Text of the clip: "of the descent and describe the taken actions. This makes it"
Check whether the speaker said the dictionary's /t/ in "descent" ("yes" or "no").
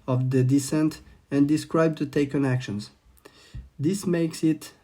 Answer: yes